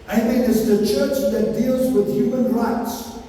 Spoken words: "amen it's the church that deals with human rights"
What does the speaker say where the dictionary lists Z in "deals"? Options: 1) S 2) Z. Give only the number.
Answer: 2